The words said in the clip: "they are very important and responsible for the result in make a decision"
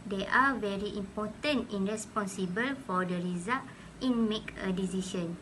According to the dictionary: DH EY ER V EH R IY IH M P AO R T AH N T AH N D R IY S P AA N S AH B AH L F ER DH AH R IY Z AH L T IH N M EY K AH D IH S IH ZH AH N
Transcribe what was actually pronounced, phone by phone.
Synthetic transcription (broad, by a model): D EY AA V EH R IY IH M P AO T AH N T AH N R IY S P AA N S AH B AH L F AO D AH R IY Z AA T IH N M EY K AH D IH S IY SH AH N